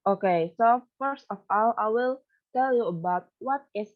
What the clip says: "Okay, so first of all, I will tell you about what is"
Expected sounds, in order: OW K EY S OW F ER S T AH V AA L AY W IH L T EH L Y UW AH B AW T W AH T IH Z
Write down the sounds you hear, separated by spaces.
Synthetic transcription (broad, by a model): OW K EY S OW F ER S T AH F AA L AY W IH L T EH L Y UW AH B AW T W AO T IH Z